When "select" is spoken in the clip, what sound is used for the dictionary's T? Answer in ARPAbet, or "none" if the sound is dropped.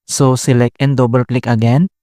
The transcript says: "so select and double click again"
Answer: none